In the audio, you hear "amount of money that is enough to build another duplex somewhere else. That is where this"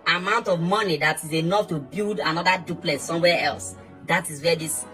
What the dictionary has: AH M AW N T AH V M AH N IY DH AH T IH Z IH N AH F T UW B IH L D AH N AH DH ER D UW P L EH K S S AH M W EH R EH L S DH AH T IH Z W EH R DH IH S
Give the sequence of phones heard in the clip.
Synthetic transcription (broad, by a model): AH M AW N T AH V M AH N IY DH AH T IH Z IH N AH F T UW B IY L D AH N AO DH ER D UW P L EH S S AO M W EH EH L S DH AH T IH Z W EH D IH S